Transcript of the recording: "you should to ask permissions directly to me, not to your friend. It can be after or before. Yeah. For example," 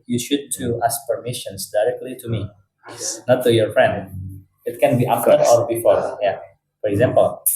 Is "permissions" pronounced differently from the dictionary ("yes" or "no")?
yes